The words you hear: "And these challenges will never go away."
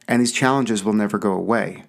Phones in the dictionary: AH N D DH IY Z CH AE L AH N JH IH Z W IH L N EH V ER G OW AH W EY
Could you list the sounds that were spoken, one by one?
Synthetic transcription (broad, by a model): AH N DH IY Z CH AE L AH N JH IH Z W IH L N EH V ER G OW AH W EY